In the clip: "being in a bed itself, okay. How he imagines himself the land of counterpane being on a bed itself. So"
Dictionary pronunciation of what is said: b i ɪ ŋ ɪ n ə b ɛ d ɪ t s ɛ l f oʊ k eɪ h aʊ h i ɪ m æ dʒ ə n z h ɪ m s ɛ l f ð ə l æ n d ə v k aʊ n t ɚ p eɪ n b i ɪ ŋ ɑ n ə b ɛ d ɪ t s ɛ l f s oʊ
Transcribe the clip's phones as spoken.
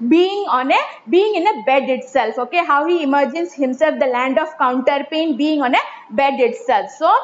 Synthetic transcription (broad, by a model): b i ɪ ŋ ɪ n ə b ɛ d ɪ t s ɛ l f oʊ k eɪ h aʊ h i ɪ m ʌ dʒ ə n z h ɪ m s ɛ l f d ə l æ n d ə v k aʊ n t ɚ p eɪ n b i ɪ ŋ ɑ n ə b ɛ d ɪ t s ɛ l f s oʊ